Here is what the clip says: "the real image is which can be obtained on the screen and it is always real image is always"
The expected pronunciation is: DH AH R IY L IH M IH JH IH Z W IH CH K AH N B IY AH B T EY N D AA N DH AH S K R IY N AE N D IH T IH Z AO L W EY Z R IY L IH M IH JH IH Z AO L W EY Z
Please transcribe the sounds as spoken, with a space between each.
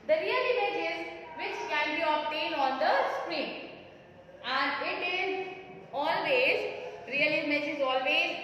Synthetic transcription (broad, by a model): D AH R IY L IH M IH JH IH Z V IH CH K AH N B IY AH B T EY N AA N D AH S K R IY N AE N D IH T IH Z AO L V EY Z R IY L IH M IH JH IH Z AO L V EY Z